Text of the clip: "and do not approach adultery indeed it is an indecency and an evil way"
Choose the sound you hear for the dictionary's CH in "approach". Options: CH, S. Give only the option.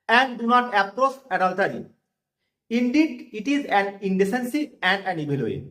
S